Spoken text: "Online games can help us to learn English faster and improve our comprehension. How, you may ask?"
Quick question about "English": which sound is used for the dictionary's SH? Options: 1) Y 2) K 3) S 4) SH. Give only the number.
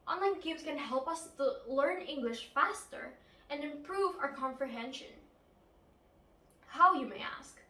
4